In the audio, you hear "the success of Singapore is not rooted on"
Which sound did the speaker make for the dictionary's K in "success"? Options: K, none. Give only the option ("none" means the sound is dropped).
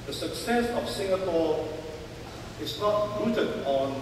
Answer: K